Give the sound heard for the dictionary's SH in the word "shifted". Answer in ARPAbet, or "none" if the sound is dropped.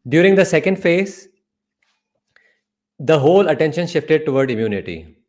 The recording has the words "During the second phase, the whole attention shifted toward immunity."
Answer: SH